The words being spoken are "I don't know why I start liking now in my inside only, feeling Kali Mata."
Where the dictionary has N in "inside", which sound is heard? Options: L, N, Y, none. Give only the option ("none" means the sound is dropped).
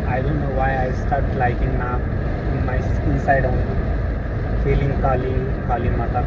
N